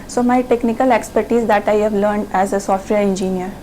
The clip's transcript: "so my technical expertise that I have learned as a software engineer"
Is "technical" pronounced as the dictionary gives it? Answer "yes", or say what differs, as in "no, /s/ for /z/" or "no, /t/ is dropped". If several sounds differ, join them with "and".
yes